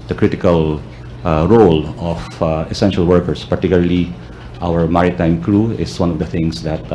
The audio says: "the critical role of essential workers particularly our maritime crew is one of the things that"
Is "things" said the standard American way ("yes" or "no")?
no